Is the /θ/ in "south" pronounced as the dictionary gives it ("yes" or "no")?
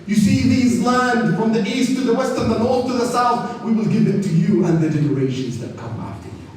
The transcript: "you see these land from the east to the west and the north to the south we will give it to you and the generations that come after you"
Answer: yes